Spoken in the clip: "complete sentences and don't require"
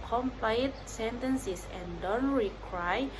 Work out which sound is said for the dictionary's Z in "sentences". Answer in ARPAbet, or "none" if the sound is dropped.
S